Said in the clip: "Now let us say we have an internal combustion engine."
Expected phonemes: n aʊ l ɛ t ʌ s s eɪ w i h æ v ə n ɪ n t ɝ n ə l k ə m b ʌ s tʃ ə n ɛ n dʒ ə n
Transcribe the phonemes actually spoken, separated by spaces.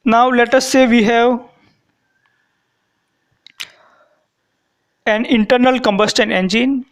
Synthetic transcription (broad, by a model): n aʊ l ɛ t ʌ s s eɪ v i h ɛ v ə n ɪ n t ɝ n ə l k ə m b ʌ s tʃ ə n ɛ n dʒ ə n